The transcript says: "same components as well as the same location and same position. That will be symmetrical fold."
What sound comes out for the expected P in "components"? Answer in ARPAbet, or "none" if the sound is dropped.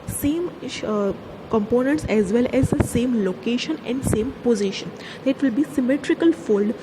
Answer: P